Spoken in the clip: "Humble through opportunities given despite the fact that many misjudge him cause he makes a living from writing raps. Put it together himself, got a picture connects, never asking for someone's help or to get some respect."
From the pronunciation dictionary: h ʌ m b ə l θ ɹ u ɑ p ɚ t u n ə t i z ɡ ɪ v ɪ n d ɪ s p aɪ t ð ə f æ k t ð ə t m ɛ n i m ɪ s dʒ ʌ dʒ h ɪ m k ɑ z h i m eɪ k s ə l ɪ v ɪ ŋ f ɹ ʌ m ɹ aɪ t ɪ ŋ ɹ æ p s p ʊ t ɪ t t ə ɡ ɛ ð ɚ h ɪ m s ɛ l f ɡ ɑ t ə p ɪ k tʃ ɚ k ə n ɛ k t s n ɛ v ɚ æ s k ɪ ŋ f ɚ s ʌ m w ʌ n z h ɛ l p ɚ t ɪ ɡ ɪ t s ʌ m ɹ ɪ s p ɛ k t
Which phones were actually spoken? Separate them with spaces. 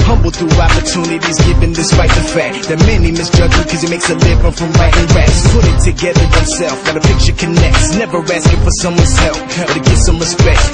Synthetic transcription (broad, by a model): h ʌ m b l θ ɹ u ɑ p ɚ t u n ə t i z ɡ ɪ v ɪ n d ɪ s p aɪ t ð ə f æ k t ð ə t m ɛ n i m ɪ s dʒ ʌ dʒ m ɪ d k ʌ z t m eɪ k s ə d ɪ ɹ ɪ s f ɹ ʌ m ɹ aɪ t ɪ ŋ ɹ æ s p ʊ t ɪ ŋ t ə ɡ ɛ ð ɚ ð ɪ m s ɛ l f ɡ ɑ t ə p ɪ k tʃ ɚ k ə n ɛ k t s n ɛ v ɚ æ s k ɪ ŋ f ɚ s ʌ m w ʌ n z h ɛ l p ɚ t ɪ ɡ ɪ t s ʌ m ɹ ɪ s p ɛ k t